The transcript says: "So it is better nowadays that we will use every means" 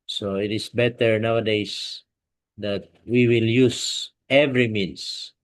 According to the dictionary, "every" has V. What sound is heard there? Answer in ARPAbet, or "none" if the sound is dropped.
V